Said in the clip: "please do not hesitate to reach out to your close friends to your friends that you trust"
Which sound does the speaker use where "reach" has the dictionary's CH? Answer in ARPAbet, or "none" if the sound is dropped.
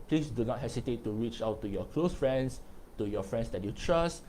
CH